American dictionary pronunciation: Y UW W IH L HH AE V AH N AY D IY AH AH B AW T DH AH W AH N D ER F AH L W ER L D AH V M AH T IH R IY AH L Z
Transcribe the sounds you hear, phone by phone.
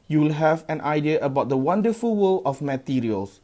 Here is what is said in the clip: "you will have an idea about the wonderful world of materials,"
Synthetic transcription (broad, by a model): Y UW W IH L HH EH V AH N AY D IY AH AH B AW T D AH W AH N D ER F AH L W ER L AH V M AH T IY R IY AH L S